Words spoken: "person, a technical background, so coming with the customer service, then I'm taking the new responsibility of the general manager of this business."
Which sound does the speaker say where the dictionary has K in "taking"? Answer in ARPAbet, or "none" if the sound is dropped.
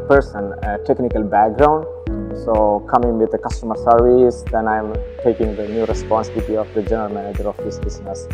K